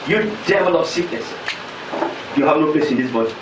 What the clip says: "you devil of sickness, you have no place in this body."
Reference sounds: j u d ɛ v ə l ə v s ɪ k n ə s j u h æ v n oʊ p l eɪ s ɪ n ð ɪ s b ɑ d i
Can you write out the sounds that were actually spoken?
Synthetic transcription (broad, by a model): j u d ɛ v ə l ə p s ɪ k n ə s j u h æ v n oʊ p l eɪ s ɪ n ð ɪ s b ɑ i